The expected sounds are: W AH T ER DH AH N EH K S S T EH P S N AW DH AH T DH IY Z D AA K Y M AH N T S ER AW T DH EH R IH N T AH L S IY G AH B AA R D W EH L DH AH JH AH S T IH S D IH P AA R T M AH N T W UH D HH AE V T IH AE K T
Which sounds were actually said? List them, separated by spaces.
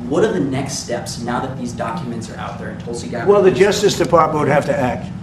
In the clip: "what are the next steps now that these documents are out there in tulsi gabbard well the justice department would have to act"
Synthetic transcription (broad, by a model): W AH T ER DH AH N EH K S S T EH P S N AW DH AH T DH IY Z D AA K Y M AH N T S ER AW T DH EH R IH N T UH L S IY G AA W EH L DH AH JH AH S T IH S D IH P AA R T M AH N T W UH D HH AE F T IH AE K T